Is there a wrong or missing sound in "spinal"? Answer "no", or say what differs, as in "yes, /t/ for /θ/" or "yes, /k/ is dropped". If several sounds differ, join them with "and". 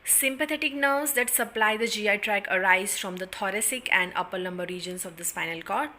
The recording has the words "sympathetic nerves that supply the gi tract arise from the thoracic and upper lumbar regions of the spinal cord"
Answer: yes, /f/ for /p/